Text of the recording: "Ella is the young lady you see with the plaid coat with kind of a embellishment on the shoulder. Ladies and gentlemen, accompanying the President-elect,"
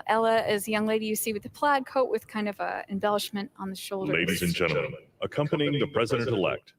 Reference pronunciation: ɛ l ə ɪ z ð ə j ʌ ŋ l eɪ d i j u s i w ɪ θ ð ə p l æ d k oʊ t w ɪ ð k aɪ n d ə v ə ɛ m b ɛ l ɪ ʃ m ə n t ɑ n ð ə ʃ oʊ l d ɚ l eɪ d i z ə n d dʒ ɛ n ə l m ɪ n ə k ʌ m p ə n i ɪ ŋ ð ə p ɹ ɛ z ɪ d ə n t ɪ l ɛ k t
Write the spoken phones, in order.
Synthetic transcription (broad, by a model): ɛ l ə ɪ z j ʌ ŋ l eɪ d i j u s i w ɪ ð ə p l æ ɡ k oʊ t w ɪ ð k aɪ n d ə v ə ɛ m b ɛ l ɪ ʃ m ə n t n ð ə ʃ oʊ l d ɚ l eɪ d i z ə n dʒ ɛ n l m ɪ n ə k ʌ m p ə n i ɪ ŋ ð ə p ɹ ɛ z ɪ d ə n t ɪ l ɛ k t